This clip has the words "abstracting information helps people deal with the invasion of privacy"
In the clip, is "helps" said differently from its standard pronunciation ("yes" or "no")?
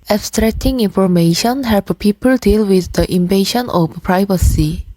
yes